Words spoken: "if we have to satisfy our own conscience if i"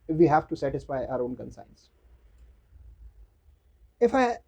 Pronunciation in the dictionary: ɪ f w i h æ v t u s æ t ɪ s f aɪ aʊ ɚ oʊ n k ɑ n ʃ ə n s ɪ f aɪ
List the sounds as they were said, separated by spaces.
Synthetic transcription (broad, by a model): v i h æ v t u s æ t ɪ s f aɪ aʊ ɚ oʊ n k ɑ n s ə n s ɪ f aɪ